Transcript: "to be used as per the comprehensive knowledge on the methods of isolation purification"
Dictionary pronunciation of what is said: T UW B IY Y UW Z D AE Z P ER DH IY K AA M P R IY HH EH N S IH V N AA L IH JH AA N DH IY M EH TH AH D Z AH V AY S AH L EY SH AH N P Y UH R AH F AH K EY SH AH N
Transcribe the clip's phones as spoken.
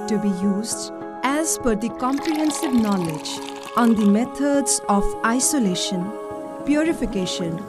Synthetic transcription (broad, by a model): T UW B IY Y UW Z D AE Z F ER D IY K AA M P R IY HH EH N S IH V N AA L IH JH AA N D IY M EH T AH D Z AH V AY S AH L EY SH AH N P Y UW R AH F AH K EY SH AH N